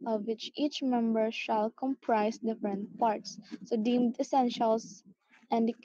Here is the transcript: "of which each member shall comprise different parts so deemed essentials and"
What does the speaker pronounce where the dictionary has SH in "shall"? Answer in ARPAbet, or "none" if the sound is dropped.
SH